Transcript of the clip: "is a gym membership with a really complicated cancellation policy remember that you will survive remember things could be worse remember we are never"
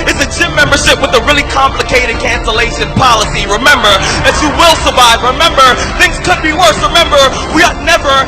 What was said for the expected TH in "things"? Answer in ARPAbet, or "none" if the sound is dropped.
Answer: TH